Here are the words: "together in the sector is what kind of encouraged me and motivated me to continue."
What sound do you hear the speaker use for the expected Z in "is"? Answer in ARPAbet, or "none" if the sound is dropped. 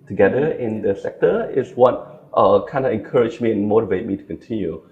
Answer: S